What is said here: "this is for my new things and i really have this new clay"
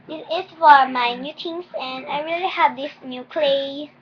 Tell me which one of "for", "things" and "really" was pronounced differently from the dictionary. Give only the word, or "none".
things